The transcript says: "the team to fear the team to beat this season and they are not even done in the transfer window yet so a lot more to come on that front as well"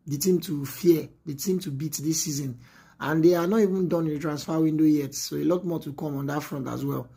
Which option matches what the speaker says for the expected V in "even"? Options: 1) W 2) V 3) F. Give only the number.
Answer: 2